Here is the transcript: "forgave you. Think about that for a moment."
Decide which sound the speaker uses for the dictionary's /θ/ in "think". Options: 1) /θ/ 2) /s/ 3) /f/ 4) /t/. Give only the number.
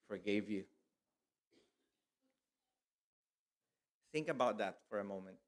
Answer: 1